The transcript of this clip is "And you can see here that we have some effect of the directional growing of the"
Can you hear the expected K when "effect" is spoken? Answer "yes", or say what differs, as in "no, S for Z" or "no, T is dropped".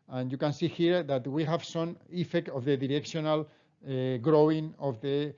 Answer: yes